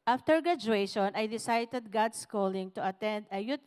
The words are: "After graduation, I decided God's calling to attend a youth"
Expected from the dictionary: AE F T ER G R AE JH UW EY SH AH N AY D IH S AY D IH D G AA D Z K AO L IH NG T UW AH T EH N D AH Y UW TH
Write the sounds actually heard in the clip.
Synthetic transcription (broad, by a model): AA F T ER G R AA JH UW EY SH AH N AY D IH S AY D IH D G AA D S K AO L IH NG T UW AH T EH N D AH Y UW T